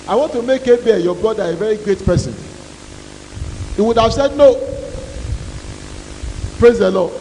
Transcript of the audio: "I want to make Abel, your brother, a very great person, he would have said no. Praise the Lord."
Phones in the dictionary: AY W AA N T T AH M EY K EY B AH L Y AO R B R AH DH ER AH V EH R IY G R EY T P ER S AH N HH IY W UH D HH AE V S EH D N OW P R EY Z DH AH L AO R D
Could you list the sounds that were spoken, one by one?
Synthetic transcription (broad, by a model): AY W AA N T T AH M EY K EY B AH Y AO B L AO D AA AH V EH R IY G R EY T P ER S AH N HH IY W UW D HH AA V S EH D N OW P R EY Z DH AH L AO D